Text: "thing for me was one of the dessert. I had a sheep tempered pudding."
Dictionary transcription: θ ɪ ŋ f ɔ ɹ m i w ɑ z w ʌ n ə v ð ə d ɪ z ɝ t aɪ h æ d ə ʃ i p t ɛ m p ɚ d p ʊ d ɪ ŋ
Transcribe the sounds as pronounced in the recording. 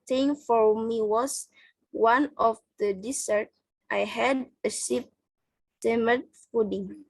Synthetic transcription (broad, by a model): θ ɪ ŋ f ɔ ɹ m i w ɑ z w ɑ n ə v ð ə d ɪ s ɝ t aɪ h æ d ə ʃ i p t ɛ m ɚ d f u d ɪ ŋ